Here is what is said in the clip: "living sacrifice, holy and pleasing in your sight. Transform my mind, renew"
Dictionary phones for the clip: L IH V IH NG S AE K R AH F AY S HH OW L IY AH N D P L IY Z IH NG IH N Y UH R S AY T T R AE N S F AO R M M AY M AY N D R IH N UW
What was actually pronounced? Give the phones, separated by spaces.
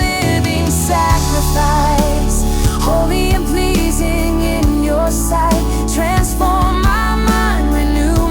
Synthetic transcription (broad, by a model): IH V IH NG S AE K R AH F AY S HH OW L IY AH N P L IY Z IH NG IH N Y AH R S AY T T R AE N S F AO R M M AY M AY N D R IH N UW